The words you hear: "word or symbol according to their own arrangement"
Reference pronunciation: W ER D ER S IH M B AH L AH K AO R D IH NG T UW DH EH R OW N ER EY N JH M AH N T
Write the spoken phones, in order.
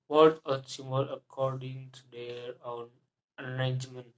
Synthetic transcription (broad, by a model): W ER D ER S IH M AH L AH K AO R D IH NG T UW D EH R OW N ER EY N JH M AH N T